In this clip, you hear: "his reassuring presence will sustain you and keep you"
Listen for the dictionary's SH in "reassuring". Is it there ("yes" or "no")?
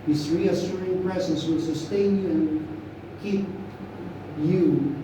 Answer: no